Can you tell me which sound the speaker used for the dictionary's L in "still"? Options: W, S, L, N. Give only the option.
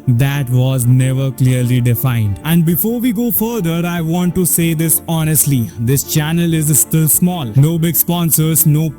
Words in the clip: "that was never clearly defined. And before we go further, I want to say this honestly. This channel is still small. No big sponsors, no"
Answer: L